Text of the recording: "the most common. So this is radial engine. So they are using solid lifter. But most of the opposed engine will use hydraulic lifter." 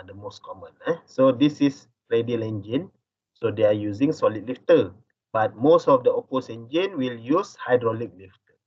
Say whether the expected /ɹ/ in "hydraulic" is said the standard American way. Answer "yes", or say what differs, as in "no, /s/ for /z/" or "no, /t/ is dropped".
yes